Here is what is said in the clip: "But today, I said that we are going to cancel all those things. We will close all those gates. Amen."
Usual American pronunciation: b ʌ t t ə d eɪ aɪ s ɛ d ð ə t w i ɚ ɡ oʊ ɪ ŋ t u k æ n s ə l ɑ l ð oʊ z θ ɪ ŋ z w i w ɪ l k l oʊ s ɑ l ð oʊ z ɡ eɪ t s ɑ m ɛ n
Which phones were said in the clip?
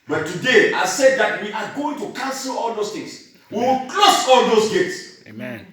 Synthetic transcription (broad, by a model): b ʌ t t ə d eɪ aɪ s ɛ d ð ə t w i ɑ ɡ oʊ ɪ ŋ t u k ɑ n s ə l ɑ l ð oʊ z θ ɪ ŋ s w i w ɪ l k l oʊ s ɑ l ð oʊ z ɡ eɪ t s